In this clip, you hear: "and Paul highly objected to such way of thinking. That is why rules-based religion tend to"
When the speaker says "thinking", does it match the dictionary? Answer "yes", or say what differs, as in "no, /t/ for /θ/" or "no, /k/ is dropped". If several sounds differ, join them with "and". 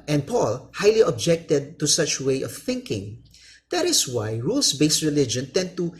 yes